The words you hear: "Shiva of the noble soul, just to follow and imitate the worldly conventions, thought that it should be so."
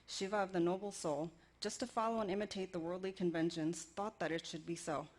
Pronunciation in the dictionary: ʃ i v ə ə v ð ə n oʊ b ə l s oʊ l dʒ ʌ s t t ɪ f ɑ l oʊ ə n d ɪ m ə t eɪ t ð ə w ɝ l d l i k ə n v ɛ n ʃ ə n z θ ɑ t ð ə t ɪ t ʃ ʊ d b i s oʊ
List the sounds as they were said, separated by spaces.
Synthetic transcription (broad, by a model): ʃ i v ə ə v ð ə n oʊ b l s oʊ l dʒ ʌ s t t ɪ f ɑ l oʊ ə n ɪ m ə t eɪ t ð ə w ɝ l d l i k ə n v ɛ n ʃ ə n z θ ɑ t ð ə t ɪ t ʃ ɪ d b i s oʊ